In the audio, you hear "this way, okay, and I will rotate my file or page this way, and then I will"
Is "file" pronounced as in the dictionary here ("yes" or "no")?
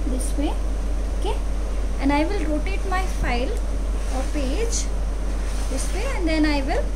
yes